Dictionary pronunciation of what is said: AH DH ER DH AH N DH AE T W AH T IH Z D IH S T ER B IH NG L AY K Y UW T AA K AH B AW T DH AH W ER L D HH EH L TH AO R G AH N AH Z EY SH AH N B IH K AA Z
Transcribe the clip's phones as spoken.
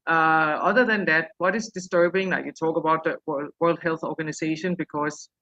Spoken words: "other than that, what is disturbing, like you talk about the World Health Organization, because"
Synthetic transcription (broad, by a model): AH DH ER DH AH N DH AE T W AH T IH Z D IH S T ER B IH NG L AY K Y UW T AA K AH B AW T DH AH W ER L D HH EH L TH AO R G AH N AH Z EY SH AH N B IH K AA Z